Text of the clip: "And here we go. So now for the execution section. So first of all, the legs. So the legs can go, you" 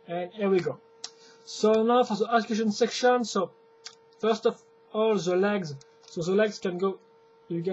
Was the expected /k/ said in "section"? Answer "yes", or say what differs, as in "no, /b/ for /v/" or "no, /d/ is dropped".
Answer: yes